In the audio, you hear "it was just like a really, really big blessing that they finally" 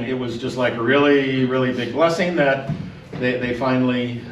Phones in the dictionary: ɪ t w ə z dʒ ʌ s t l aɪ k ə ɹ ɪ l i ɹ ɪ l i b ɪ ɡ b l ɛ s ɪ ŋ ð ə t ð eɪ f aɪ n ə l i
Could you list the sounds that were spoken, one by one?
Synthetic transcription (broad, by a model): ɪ t w ə z dʒ ʌ s t l aɪ k ə ɹ ɪ l i ɹ ɪ l i b ɪ ɡ b l ɛ s ɪ ŋ ð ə t ð eɪ f aɪ n l i